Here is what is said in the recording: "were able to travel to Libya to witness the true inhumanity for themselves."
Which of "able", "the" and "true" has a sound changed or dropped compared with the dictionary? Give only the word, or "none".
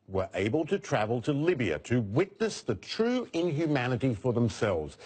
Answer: none